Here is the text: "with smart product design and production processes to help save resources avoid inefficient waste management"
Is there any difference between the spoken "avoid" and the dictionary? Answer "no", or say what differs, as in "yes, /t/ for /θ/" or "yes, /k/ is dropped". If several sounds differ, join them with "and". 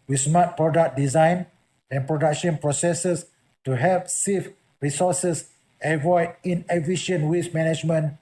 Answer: no